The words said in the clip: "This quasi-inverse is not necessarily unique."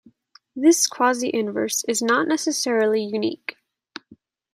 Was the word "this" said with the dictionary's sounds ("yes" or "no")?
yes